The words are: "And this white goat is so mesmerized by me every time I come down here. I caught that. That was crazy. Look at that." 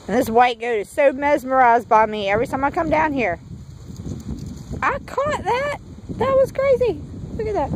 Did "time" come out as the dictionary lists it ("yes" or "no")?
no